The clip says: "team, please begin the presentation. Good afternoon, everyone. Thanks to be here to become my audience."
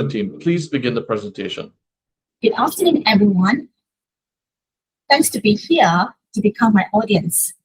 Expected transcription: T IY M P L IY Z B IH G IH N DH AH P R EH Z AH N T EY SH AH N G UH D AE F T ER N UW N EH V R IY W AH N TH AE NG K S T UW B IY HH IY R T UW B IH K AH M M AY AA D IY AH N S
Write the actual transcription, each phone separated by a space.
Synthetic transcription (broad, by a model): T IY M P L IY Z B IH G IH N DH AH P R EH Z AH N T EY SH AH N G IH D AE F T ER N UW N EH V R IY W AH N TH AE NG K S T UW B IY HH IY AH T UW B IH K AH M M AY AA D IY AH N S